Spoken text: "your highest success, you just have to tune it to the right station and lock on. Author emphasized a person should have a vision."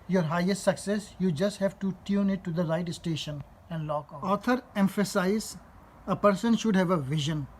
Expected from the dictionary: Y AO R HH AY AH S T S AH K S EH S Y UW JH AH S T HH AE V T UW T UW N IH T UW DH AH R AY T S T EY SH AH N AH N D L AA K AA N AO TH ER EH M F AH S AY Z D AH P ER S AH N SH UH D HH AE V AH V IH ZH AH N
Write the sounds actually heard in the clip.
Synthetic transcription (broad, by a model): Y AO R HH AY AH S T S AH K S EH S Y UW JH AH S T HH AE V T UW T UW N IH T UW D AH R AY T S T EY SH AH N AH N D L AA K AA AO T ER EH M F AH S AY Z AH P ER S AH N SH UH D HH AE V AH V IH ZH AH N